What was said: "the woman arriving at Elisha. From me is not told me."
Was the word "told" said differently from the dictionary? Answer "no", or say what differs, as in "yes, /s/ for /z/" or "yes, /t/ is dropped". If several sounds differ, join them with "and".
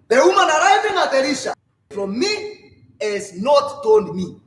yes, /n/ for /l/